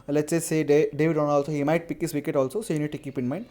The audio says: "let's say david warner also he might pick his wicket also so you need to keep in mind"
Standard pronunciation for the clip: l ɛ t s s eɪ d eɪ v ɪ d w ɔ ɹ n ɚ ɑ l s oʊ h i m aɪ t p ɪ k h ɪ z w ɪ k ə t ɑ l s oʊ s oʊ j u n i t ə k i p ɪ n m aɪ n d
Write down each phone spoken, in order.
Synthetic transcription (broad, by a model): l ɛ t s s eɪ d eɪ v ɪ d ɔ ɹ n ɑ l s oʊ h i m aɪ t p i k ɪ s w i k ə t ɑ l s oʊ s oʊ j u n i t ə k i p ɪ n m aɪ n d